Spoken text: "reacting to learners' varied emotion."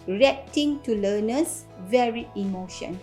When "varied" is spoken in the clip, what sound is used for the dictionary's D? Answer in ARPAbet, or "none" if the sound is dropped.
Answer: none